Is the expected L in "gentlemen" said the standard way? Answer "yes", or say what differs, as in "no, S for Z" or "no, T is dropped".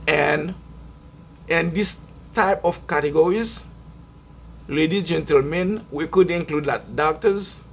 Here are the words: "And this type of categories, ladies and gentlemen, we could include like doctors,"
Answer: yes